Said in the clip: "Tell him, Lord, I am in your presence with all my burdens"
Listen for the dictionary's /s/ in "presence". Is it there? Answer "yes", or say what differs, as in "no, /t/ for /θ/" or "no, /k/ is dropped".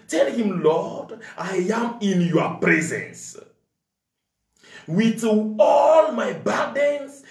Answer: yes